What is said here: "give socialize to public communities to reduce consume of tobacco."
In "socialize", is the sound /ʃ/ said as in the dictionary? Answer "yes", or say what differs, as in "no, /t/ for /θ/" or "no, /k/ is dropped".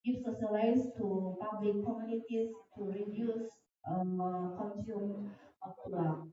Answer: no, /s/ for /ʃ/